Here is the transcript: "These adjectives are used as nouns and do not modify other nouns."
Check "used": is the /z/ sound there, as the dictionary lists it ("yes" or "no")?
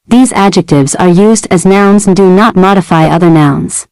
yes